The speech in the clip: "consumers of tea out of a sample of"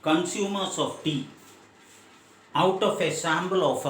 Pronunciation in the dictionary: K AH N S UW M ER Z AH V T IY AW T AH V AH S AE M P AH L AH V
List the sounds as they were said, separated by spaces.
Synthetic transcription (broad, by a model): K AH N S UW M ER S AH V T IY AW T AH F AH S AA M B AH L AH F